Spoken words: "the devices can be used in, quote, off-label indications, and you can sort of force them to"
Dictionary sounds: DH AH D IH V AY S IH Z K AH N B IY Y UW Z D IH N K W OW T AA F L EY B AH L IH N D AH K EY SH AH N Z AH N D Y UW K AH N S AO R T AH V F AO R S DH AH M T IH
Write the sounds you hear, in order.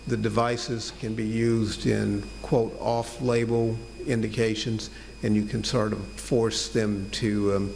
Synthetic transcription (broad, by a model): DH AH D IH V AY S IH Z K AH N B IY Y UW Z D IH N K W OW T AA F L EY B L IH N D AH K EY SH AH N Z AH N Y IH K AH N S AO R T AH F AO R S DH AH M T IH